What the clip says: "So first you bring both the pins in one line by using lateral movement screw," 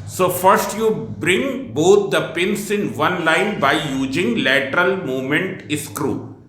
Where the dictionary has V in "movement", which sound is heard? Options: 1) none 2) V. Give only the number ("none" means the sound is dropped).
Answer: 1